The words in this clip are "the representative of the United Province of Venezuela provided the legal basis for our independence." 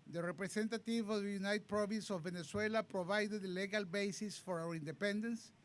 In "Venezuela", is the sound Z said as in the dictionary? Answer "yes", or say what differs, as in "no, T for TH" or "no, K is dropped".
no, S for Z